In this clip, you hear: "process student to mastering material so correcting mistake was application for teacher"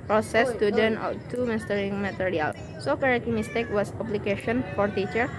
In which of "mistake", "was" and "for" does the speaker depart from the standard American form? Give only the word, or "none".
was